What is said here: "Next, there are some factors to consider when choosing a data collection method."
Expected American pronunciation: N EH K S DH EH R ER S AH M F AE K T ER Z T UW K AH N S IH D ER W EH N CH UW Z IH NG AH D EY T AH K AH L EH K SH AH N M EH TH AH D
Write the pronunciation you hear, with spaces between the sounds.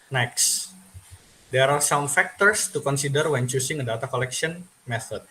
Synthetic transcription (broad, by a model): N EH K S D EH R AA S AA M F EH K T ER S T UW K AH N S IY D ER W EH N CH UW S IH NG AH D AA T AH K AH L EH K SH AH N M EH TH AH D